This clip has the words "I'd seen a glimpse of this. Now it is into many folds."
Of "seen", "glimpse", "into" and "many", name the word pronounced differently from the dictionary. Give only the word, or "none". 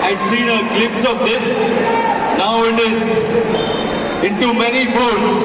glimpse